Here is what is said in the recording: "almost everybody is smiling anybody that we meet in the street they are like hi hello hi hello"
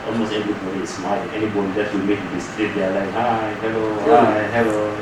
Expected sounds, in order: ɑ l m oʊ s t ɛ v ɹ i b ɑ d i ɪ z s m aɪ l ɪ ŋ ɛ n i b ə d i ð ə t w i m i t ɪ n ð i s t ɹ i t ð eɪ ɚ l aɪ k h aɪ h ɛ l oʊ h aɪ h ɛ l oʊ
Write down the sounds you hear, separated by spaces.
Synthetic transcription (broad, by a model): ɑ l m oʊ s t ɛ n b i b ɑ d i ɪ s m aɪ ɪ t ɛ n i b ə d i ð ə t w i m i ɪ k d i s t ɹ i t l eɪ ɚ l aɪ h aɪ h ɛ l oʊ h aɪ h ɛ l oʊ